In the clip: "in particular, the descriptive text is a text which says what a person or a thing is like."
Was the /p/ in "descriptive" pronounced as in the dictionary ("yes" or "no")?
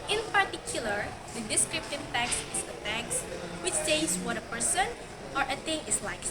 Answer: yes